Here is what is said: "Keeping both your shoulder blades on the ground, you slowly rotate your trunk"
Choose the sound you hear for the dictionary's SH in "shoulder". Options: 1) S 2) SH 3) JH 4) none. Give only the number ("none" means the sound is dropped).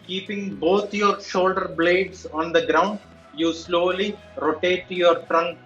2